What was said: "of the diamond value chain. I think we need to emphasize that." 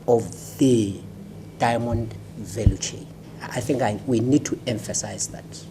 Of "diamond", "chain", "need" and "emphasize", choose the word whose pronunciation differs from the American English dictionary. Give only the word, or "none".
chain